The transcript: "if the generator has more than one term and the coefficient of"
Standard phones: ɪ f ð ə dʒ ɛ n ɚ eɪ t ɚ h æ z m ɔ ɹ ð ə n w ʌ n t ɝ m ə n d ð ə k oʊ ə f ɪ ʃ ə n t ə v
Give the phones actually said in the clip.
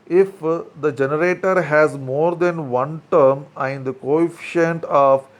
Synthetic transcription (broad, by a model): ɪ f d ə dʒ ɛ n ɚ eɪ t ɚ h æ z m ɔ ɹ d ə n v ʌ n t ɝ m ə n d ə k oʊ ə f ɪ ʃ ə n t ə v